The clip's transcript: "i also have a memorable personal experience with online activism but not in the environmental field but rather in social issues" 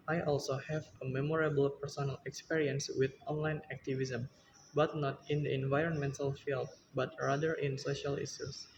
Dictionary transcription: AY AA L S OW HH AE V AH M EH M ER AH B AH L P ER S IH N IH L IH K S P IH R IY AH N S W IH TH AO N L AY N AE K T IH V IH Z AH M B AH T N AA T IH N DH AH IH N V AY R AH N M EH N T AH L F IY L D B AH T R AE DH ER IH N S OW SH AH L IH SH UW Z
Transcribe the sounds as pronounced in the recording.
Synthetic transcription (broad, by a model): AY AA L S OW HH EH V AH M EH M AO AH B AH L P ER S IH N IH L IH K S P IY R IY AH N S W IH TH AO N L AY N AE K T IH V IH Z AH M B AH T N AA T IH N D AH IH N V AY R AH N M EH N T AH L F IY L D B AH T R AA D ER IH N S OW SH AH L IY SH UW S